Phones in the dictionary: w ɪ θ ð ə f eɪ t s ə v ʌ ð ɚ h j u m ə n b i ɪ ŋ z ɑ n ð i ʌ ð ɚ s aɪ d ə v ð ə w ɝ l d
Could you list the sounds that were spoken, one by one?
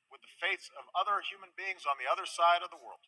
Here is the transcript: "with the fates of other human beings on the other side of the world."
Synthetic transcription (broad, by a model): w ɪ ð ə f eɪ t s ə v ʌ ð ɚ h j u m ə n b i ɪ ŋ z n ð i ʌ ð ɚ s aɪ d ə v ð ə w ɝ l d